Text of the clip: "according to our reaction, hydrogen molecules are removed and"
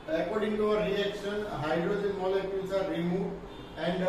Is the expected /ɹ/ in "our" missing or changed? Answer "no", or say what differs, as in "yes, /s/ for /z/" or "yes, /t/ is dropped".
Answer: yes, /w/ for /ɹ/